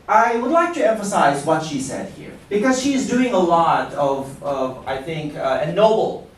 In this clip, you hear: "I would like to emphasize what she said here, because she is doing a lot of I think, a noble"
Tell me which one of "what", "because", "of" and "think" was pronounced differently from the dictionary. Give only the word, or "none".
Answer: none